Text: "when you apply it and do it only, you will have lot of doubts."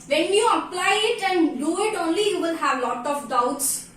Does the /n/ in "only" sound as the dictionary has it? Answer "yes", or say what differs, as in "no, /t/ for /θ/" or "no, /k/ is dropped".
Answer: yes